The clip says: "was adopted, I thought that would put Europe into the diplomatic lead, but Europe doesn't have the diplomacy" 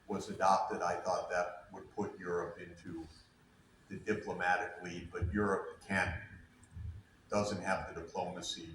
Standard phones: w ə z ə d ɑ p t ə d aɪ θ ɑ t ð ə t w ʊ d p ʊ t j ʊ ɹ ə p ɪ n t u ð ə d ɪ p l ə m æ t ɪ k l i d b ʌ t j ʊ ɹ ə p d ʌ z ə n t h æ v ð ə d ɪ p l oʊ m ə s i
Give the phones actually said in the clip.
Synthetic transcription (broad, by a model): w ə z ə d ɑ p t ə d aɪ θ ɑ t ð ə t w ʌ d p ʊ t j ʊ ɹ ə p ɪ n t u ð ə d ɪ p l ə m æ t ɪ k l i d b ʌ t j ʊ ɹ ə p d ʌ z ə n t h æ v ð ə d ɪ p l oʊ m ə s i